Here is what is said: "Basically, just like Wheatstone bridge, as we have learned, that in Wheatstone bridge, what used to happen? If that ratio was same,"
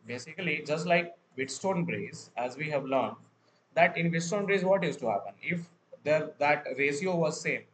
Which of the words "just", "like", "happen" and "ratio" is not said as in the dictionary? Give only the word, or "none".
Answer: ratio